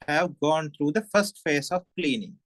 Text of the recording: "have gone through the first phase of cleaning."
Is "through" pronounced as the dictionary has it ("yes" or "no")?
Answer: no